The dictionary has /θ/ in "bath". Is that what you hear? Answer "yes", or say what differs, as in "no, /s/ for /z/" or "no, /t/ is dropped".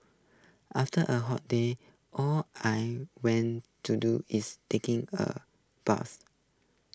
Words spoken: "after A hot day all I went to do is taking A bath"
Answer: no, /s/ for /θ/